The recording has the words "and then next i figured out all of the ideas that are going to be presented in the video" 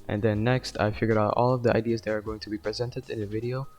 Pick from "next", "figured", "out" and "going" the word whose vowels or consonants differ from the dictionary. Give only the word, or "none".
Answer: figured